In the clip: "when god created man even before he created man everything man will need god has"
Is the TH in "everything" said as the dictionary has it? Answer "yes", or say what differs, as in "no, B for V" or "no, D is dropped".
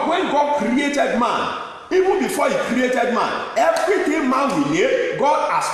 no, T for TH